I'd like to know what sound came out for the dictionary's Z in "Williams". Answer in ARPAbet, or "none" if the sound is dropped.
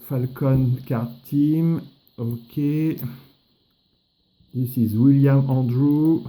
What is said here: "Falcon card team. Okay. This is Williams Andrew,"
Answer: none